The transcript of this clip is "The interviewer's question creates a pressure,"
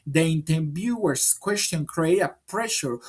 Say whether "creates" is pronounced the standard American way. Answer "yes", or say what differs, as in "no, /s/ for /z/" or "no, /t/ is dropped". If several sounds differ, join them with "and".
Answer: no, /s/ is dropped